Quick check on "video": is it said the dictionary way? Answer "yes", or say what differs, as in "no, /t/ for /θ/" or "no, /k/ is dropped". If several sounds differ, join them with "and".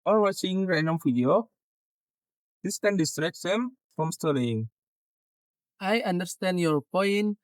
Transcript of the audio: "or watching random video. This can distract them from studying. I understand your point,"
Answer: no, /f/ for /v/